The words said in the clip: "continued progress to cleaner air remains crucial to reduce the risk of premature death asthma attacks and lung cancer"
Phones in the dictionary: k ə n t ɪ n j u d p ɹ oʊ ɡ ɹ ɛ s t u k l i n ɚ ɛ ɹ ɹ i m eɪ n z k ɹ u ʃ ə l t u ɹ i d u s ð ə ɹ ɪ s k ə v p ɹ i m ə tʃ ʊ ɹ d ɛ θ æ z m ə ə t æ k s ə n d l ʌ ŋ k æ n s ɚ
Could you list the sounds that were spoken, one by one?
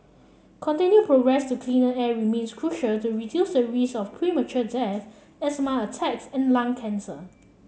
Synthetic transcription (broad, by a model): k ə n t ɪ n j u p ɹ oʊ ɡ ɹ ɛ s t u k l i n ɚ ɛ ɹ ɹ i m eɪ n s k ɹ u ʃ ə l t u ɹ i d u s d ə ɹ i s ə f p ɹ i m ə tʃ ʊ d ɛ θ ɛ s m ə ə t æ k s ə n l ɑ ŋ k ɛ n s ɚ